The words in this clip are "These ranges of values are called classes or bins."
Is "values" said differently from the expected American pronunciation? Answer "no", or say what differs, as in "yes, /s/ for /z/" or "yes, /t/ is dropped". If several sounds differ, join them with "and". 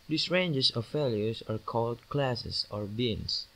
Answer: yes, /f/ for /v/